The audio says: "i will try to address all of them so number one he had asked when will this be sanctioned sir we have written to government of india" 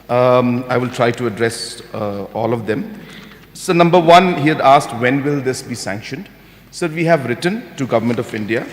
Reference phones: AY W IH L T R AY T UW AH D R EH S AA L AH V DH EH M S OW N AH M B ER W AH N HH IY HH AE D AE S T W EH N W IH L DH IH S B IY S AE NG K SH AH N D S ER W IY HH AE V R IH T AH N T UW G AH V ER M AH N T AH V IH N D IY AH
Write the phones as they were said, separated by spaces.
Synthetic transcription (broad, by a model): AY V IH L T R AY T UW AH D R EH S AA L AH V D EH M S OW N AH M B ER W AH N HH IY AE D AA S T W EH N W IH L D IH S B IY S AE NG K SH AH N D S ER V IY HH AE V R IH T AH N T UW G AH V ER M AH N T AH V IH N D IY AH